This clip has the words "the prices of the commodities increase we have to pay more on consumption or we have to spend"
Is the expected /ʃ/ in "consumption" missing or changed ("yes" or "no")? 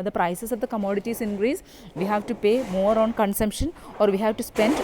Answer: no